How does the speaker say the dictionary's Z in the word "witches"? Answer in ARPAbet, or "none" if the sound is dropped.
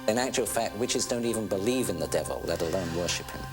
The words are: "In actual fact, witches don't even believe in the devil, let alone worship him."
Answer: Z